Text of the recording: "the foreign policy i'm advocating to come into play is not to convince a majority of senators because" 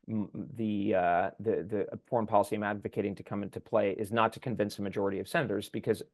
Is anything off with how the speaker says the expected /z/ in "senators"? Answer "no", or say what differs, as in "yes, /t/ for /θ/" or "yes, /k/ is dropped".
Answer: no